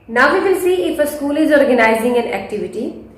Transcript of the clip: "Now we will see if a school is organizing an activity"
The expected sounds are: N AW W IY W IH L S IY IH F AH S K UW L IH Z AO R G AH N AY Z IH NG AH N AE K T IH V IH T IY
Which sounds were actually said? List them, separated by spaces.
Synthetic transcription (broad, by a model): N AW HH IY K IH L S IY IH F AH S K UW L IH Z AO R G AH N AY Z IH NG AH N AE K T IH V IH T IY